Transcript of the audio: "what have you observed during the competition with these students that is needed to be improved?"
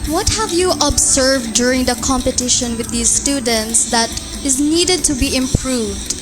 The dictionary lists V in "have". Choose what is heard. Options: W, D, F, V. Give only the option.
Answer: V